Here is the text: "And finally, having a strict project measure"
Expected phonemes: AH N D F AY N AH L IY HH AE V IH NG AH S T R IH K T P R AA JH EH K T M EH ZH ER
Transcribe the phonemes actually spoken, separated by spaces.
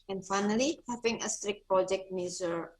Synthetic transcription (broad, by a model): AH N F AY N AH L IY HH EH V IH NG AH S T R IH K T P R AA JH EH K T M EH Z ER